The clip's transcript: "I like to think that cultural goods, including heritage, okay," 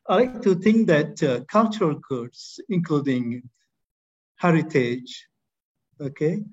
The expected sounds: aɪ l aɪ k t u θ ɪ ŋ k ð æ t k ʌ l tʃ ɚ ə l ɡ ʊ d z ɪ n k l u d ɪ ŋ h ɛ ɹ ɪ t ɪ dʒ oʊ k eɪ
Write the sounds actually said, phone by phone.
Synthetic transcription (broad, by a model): aɪ l aɪ k t u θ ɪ ŋ k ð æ t k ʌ l tʃ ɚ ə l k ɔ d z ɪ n k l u d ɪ ŋ h ɛ ɹ ɪ t ɪ dʒ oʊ k eɪ